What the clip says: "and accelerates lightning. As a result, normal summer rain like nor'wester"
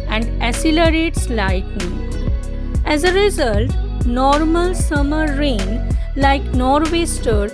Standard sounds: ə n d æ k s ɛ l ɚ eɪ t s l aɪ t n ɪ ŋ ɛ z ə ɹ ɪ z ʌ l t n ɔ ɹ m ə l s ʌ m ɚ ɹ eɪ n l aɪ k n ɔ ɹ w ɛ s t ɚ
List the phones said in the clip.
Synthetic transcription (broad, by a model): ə n d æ s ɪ l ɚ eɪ t s l aɪ t n ɪ ŋ ɛ z ə ɹ ɪ z ʌ l t n ɔ ɹ m ə l s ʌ m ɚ ɹ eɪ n l aɪ k n ɔ ɹ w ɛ s t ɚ